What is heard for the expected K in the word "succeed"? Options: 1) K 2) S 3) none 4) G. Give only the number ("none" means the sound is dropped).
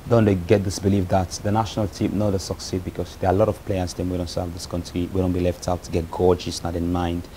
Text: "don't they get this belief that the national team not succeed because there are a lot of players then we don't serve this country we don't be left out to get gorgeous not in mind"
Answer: 1